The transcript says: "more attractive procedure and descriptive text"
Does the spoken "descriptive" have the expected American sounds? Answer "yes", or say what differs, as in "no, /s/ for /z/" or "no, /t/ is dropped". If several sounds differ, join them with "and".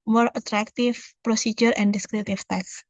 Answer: no, /p/ is dropped